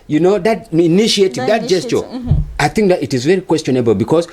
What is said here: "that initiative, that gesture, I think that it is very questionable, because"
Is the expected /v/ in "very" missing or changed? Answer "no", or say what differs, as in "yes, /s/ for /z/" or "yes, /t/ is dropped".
no